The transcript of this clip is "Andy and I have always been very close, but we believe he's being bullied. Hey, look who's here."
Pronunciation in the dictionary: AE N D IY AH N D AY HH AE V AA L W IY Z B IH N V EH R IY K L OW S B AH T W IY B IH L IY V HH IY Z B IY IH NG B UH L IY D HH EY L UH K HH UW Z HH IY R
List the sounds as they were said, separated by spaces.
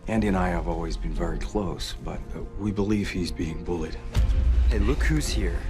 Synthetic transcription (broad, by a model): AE N D IY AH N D AY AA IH V AA L W IY Z B IH N V EH R IY K L OW S B AH T W IY B IH L IY V HH IY Z B IY IH NG B UH L IY D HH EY L UH K HH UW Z HH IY R